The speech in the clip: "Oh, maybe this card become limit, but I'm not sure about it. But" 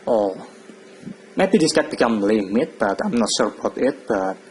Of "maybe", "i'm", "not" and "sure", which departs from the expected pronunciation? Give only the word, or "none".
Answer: sure